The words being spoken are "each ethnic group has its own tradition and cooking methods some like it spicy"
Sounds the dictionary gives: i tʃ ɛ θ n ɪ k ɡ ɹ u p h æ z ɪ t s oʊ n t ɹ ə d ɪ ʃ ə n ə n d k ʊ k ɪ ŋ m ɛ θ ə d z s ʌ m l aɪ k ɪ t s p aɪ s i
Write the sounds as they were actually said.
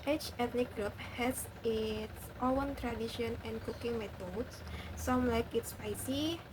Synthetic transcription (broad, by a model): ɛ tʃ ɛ t n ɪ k ɡ ɹ u p h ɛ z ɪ t s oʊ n t ɹ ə d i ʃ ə n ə n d k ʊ k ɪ ŋ m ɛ t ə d s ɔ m l aɪ k ɪ t s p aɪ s i